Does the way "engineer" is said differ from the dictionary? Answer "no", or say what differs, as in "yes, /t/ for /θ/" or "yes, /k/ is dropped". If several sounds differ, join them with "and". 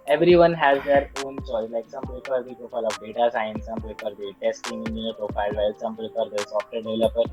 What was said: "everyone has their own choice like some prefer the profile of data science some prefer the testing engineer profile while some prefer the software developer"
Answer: yes, /dʒ/ is dropped